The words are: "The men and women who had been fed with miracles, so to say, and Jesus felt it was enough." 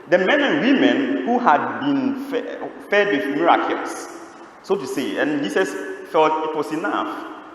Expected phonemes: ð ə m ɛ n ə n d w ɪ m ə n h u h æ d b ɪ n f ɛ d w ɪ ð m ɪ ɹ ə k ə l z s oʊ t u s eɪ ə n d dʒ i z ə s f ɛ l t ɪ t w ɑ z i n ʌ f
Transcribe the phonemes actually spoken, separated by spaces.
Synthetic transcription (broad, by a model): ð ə m ɛ n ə n w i m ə n h u h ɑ d b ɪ n f ɛ d w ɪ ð m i ɹ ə k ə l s s oʊ t u s eɪ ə n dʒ i s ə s f ɛ l t ɪ t w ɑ s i n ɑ f